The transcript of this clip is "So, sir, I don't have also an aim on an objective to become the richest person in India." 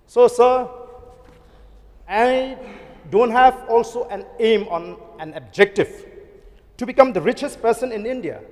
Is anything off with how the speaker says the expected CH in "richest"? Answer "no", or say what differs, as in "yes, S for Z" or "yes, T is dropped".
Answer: no